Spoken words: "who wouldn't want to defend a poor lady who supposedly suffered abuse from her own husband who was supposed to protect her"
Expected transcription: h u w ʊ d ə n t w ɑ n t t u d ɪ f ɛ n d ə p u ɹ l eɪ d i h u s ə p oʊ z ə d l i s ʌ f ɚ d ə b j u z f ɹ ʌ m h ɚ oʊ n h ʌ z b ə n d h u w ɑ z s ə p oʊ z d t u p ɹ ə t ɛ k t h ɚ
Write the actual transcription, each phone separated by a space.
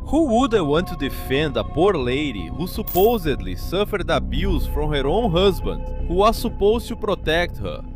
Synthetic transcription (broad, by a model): h u w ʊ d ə w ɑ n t t u d ɪ f ɛ n d ə p u ɹ l eɪ d i h u s ə p oʊ z ə d l i s ʌ f ɚ d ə b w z f ɹ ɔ m h ɚ oʊ n h ʌ z b ə n d h u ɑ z s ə p oʊ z t u p ɹ ə t ɛ k t h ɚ